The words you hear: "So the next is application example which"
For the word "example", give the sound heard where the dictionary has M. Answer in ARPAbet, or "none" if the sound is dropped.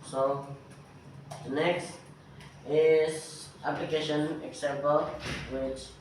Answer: none